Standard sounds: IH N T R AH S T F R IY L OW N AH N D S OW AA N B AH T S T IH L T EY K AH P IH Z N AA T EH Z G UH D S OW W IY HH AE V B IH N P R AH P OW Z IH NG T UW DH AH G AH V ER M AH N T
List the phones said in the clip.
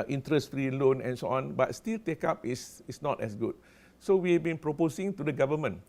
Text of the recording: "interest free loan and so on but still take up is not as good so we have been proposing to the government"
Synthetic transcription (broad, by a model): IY N T R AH S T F R IY L OW N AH N S OW AA N B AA T S T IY L T EY K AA P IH S N AA T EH S G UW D S OW W IY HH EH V B IH N P R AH P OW S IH NG T UW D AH G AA V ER M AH N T